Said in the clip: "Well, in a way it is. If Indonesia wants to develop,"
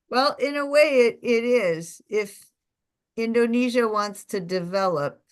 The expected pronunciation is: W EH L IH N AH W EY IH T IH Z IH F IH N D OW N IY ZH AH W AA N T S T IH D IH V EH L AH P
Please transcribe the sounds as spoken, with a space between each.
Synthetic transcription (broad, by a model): W EH L IH N AH W EY IH T IH Z IH F IH N D OW N IY ZH AH W AA N T S T IH D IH V EH L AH P